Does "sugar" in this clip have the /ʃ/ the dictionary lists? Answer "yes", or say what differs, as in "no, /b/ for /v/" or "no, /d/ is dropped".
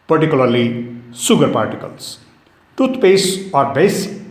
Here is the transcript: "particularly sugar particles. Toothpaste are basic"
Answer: no, /s/ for /ʃ/